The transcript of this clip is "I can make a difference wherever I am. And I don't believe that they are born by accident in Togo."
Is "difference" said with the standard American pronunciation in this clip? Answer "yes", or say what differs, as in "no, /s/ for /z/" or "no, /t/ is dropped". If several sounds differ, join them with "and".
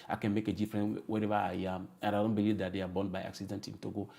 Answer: no, /s/ is dropped